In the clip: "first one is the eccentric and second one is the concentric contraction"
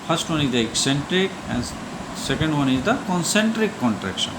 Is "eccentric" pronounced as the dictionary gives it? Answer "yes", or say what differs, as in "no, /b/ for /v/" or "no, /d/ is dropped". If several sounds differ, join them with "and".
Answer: yes